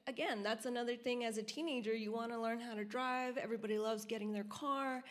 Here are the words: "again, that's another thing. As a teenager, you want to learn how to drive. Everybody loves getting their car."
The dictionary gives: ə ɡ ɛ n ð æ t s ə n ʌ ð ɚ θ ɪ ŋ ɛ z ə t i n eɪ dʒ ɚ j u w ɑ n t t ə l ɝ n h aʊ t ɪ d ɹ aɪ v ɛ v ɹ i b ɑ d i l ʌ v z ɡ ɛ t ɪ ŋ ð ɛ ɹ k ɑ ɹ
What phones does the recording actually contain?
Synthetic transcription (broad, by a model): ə ɡ ɛ n ð æ t s ə n ʌ ð ɚ θ ɪ ŋ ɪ z ə t i n eɪ dʒ ɚ j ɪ w ɑ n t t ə l ɝ n h aʊ t ɪ d ɹ aɪ v ɛ v ɹ i b ɑ d i l ʌ v z ɡ ɛ t ɪ ŋ ð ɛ ɹ k ɑ ɹ